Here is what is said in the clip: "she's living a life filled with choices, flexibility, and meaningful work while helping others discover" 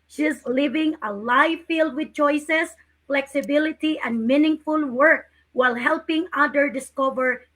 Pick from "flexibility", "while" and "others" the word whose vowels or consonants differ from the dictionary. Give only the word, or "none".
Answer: others